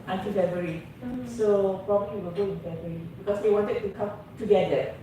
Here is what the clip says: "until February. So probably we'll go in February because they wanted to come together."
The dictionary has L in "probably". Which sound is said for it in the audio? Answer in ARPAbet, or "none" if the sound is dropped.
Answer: W